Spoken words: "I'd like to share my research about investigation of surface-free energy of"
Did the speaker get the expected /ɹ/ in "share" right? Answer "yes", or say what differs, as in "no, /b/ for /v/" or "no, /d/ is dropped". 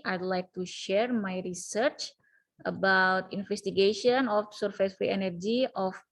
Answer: yes